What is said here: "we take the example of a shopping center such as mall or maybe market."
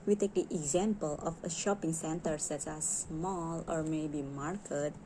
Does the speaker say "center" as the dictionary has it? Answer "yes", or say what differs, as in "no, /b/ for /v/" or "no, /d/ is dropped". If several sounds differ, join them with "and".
yes